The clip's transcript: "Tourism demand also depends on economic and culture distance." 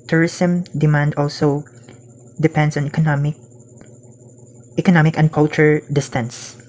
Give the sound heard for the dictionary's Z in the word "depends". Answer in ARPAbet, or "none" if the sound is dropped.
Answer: S